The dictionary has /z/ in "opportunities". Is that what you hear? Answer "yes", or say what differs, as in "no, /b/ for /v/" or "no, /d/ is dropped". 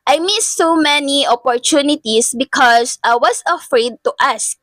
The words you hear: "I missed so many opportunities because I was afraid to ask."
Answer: no, /s/ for /z/